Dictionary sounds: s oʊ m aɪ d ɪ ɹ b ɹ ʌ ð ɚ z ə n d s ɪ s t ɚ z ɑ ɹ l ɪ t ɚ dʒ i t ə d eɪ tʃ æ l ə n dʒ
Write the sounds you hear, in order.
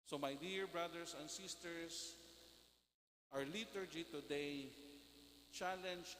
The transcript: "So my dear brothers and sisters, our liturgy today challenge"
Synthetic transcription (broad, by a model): s oʊ m aɪ d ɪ ɹ b ɹ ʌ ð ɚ s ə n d s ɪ s t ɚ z ɑ ɹ l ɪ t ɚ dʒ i t ə d eɪ tʃ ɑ l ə n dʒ